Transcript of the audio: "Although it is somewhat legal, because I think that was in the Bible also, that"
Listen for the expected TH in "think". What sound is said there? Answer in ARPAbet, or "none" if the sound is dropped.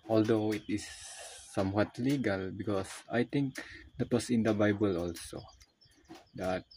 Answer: T